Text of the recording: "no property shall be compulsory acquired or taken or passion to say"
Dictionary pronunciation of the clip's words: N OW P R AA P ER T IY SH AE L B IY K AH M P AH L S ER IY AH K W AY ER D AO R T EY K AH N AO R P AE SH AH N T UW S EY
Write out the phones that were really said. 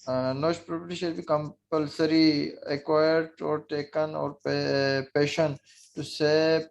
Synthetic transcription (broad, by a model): N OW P R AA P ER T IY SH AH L B IY K AH M P AH L S ER IY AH K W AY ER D AO R T EY K AH N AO R P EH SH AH N T UW S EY